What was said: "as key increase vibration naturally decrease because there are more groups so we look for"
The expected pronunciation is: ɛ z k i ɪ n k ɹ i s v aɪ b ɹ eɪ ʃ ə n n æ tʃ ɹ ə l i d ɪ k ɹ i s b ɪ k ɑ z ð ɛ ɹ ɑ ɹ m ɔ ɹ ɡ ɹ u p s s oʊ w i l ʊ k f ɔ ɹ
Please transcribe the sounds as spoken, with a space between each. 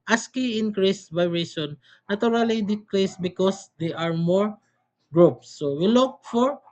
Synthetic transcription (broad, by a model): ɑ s k i ɪ n k ɹ i s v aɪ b ɹ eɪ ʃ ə n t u ɹ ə l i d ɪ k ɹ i s b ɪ k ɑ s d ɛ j ɑ ɹ m ɔ ɹ ɡ ɹ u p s s oʊ w i l ʊ k f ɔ ɹ